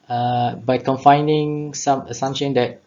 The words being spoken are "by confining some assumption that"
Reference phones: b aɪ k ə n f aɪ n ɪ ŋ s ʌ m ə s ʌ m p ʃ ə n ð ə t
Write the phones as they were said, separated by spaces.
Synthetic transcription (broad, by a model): b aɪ k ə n f aɪ n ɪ ŋ s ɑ m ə s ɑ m ʃ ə n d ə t